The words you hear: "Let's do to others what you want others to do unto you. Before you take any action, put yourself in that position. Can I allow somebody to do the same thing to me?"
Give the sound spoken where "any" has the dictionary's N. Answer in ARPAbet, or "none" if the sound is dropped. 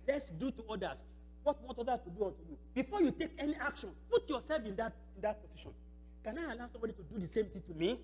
N